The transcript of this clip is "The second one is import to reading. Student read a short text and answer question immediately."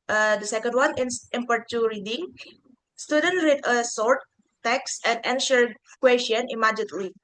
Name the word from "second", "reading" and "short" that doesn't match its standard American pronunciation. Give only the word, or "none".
short